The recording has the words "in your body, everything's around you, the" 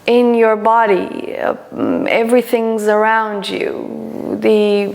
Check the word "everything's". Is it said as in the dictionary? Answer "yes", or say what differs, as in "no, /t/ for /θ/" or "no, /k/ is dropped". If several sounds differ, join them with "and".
yes